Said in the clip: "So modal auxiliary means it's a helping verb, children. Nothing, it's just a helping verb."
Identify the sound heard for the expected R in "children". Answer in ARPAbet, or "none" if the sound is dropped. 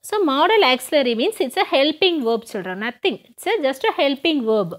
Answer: none